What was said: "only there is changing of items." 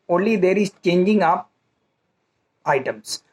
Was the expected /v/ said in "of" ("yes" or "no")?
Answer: no